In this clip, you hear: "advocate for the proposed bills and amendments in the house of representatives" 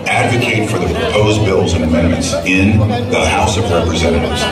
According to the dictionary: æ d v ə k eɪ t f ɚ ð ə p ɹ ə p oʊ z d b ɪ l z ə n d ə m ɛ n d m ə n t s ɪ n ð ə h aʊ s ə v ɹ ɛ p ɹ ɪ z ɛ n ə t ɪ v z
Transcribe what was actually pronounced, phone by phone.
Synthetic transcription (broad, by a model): æ d v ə k eɪ t f ɚ ð ə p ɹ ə p oʊ z b ɪ l z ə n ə m ɛ n m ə n t s ɪ n ð ə h aʊ s ə v ɹ ɛ p ɹ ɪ z ɛ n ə t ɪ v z